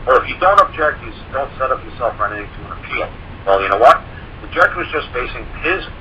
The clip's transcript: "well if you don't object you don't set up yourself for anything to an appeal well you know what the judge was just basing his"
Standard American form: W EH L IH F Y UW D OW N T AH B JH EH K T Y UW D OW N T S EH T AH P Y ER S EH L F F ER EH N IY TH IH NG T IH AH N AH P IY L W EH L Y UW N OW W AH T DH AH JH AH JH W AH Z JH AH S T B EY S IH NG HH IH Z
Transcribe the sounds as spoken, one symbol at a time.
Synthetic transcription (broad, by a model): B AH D IH F Y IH D OW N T AH B JH EH K T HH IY D OW N T S EH T AH P Y ER S EH L F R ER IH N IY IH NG T IH AH N AH P IY L W EH L Y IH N OW W AH T DH AH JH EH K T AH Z JH AH S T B EY S IH NG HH IH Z